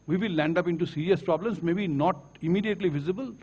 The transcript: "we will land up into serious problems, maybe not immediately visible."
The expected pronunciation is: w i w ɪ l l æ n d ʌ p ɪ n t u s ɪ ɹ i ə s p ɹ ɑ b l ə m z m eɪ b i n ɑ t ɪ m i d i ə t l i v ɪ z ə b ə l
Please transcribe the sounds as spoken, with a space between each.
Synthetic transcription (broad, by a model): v i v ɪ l l æ n d ʌ p ɪ n t u s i ɹ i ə s p ɹ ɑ b l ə m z m eɪ b i n ɑ t ɪ m i d i ə t l i v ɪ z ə b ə l